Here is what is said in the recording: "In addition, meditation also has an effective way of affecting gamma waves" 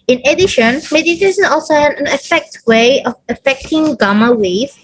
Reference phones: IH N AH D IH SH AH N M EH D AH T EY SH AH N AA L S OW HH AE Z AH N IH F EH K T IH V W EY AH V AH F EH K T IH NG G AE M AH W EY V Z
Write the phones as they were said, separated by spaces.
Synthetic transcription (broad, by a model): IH N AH D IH SH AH N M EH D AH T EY S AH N AA L S OW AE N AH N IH F EH K T W EY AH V AH F EH K T IH NG G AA M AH W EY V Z